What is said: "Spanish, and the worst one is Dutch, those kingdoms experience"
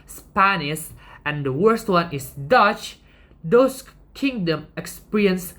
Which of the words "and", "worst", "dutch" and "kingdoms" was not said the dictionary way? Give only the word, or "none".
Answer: kingdoms